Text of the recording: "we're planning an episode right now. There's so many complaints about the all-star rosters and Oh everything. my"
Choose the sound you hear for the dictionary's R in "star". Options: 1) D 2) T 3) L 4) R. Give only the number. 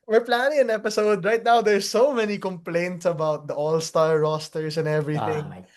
3